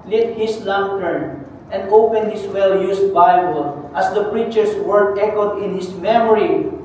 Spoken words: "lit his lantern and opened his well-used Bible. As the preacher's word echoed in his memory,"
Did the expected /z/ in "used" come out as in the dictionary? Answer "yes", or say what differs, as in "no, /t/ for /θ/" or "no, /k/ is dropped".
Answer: no, /s/ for /z/